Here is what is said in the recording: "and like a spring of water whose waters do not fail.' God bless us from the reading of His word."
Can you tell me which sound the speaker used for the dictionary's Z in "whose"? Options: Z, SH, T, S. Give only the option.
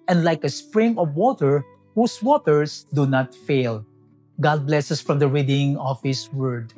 S